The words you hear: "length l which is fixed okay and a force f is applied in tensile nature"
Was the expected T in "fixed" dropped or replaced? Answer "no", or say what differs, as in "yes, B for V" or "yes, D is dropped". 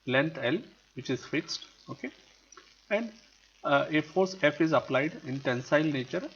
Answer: no